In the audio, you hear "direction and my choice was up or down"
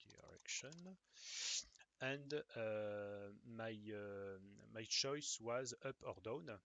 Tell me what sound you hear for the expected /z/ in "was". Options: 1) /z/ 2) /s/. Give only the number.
1